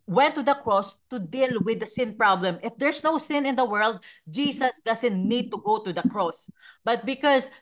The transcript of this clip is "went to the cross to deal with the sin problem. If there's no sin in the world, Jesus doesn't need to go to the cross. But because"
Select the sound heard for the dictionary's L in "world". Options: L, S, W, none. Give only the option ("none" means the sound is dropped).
L